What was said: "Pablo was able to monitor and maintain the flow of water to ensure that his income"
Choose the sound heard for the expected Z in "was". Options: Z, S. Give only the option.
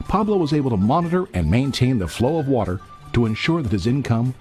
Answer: Z